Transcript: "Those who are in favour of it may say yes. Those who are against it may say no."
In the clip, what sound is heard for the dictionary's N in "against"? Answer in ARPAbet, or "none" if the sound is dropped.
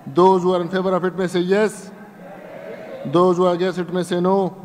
none